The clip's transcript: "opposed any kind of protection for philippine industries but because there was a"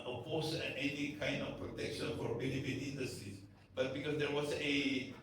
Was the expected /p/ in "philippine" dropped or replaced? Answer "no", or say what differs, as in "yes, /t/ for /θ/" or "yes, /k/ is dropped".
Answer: yes, /f/ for /p/